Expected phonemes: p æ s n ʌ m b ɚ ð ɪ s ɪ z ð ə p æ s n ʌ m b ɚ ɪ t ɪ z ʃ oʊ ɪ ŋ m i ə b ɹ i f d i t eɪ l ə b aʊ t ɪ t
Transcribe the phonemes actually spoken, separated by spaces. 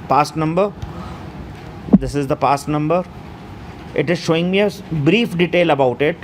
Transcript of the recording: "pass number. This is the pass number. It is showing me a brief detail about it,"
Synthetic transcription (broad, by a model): p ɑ s n ʌ m b ɚ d ɪ s ɪ z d ə p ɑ s n ʌ m b ɚ ɪ t ɪ z ʃ oʊ ɪ ŋ m i ə b ɹ i f d i t eɪ l ə b aʊ t ɪ t